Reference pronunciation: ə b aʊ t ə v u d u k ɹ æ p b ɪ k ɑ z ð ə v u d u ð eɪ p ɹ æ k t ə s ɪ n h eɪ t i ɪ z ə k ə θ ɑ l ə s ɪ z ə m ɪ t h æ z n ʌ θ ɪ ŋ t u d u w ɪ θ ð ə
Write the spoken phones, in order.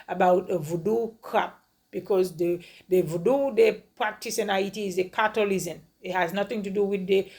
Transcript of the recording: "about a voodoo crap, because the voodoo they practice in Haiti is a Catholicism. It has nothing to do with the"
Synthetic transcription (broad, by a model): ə b aʊ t ə v u d u k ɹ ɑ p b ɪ k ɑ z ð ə v u d u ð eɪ p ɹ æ k t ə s ɪ n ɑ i t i ɪ z ə k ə t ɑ l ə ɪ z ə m ɪ t h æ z n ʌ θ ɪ ŋ t u d u w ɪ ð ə